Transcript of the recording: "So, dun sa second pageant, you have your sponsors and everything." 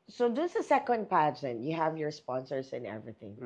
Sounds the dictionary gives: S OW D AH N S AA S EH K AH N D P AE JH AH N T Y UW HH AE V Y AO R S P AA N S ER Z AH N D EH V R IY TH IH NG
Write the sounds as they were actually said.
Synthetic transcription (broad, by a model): S OW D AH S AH S EH K AH N D P AE JH AH N T Y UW HH AE V Y AO R S P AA N S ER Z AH N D EH V R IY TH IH NG